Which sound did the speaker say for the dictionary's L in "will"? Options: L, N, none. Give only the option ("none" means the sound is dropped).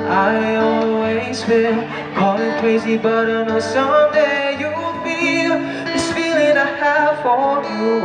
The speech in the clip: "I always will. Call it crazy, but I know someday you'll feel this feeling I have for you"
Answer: N